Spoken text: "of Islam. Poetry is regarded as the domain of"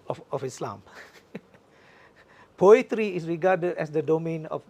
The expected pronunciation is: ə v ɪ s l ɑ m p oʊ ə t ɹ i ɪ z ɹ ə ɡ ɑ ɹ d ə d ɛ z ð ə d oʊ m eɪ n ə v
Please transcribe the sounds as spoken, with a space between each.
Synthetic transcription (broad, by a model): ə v ɪ s l ɑ m p oʊ ə t ɹ i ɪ s ɹ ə ɡ ɑ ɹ d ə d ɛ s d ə d oʊ m eɪ n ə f